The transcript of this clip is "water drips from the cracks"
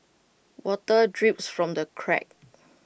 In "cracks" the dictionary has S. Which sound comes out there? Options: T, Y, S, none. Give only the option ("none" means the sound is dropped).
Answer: none